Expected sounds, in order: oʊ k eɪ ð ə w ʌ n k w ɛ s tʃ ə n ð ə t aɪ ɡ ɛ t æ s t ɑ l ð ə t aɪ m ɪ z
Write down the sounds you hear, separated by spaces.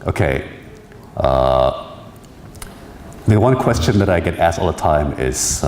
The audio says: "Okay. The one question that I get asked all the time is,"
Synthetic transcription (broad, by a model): oʊ k eɪ ð ə w ʌ n k w ɛ s tʃ ə n ð ə t aɪ ɡ ɛ t æ s t ɑ l ð ə t aɪ m ɪ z